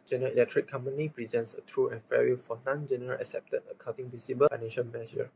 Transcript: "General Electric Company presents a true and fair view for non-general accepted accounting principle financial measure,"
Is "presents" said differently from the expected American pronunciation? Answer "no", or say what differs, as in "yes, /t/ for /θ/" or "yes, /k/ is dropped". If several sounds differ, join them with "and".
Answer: no